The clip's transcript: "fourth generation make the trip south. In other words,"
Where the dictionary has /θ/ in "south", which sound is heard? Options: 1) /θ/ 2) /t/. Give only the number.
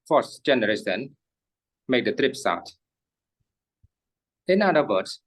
2